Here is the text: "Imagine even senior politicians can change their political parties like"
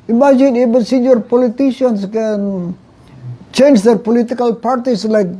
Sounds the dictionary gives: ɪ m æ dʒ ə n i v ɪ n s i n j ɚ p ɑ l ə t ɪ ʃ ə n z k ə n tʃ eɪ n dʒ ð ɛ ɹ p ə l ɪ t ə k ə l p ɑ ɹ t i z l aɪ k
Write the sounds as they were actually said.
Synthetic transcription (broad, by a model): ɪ m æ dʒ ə n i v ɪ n s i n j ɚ p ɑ l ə t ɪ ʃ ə n s k ə n tʃ eɪ n dʒ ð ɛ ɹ p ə l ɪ t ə k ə l p ɑ ɹ t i s l aɪ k